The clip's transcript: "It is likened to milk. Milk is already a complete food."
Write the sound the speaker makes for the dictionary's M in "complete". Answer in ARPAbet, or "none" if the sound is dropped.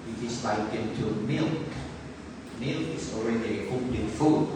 none